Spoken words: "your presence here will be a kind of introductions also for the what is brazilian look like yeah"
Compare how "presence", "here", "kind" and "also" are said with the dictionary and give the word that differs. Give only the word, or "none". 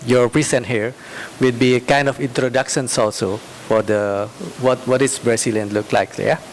presence